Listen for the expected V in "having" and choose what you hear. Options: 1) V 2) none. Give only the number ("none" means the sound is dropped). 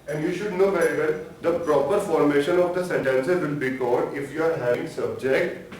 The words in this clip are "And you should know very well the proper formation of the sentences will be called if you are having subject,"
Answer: 2